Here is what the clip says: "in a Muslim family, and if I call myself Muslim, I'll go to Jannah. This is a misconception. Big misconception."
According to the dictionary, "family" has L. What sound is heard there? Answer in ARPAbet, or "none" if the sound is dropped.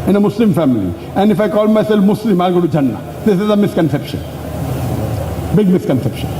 L